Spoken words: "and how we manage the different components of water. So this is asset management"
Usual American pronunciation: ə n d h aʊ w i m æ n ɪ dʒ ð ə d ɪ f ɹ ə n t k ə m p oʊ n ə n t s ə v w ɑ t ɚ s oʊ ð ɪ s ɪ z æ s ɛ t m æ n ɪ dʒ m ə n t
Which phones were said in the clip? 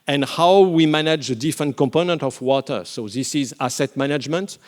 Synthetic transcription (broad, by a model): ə n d h aʊ w i m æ n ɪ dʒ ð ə d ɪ f ɹ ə n t k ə m p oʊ n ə n t ə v w ɑ t ɚ s oʊ ð ɪ s ɪ z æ s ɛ t m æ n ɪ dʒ m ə n t